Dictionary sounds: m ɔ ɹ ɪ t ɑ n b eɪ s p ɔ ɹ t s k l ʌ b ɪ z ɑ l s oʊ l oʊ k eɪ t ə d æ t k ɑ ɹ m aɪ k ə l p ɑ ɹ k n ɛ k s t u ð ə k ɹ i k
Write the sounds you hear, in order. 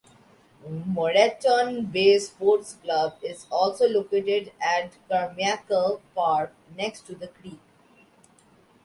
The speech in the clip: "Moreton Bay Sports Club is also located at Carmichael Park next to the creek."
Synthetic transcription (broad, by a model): m ɔ ɹ ɪ t ɑ n b eɪ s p ɔ ɹ t s k l ʌ b ɪ z ɑ l s oʊ l oʊ k eɪ t ə d æ t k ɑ ɹ m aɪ k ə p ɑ ɹ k n ɛ k s t u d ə k ɹ i k